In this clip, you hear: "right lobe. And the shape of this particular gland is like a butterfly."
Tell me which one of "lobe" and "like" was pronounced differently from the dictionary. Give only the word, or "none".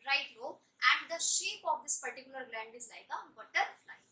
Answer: lobe